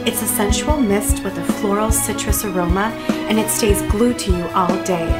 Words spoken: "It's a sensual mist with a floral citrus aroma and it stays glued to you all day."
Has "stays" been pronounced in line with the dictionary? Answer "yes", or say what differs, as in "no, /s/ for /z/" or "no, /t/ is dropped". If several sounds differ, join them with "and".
yes